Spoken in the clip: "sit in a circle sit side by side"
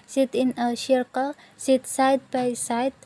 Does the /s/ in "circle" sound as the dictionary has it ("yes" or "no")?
no